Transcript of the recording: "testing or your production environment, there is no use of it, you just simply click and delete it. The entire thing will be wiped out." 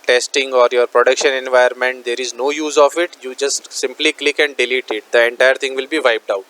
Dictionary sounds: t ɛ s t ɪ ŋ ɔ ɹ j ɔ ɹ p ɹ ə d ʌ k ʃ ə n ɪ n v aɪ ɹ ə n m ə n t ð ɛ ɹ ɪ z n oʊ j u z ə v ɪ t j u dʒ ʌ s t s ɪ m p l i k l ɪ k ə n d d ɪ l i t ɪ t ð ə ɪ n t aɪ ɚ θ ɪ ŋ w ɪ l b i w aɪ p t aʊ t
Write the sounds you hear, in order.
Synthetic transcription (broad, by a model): t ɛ s t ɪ ŋ ɔ ɹ j ɔ ɹ p ɹ ə d ʌ k ʃ ə n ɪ n v aɪ ə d m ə n t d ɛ ɹ ɪ z n oʊ j u z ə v ɪ t j u dʒ ʌ s t s ɪ m p l i k l ɪ k ə n d d ɪ l i t ɪ t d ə ɪ n t aɪ ɚ t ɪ ŋ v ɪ l b i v aɪ p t aʊ t